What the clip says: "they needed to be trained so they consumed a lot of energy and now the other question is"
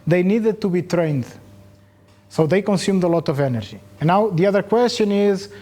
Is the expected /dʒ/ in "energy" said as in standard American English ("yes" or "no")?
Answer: no